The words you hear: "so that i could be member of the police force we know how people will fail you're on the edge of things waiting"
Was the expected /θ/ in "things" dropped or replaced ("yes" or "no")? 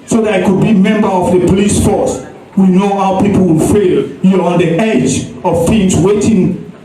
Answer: yes